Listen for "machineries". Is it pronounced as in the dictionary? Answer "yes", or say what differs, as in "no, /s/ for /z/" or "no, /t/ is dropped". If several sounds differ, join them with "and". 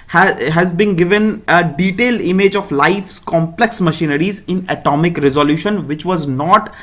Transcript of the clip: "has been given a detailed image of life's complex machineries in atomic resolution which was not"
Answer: yes